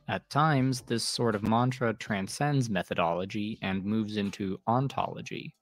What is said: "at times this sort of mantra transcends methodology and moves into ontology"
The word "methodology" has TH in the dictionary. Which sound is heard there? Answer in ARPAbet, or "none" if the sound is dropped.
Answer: TH